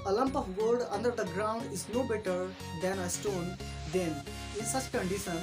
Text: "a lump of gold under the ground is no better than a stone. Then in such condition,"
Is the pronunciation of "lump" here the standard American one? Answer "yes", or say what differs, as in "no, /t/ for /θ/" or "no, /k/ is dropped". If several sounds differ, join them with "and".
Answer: yes